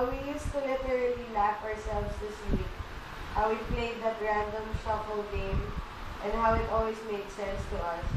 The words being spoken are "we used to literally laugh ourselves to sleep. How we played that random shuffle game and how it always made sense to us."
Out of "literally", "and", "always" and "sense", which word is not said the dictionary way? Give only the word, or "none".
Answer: always